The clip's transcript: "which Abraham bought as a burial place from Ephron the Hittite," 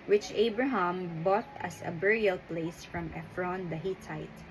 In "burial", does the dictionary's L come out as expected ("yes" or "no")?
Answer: yes